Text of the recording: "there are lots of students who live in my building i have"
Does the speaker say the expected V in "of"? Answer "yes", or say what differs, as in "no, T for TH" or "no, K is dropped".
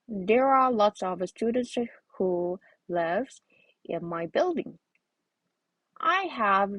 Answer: yes